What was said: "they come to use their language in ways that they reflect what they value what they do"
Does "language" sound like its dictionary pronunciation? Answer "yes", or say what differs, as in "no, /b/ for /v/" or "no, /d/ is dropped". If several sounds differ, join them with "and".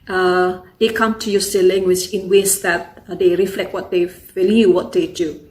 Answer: no, /tʃ/ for /dʒ/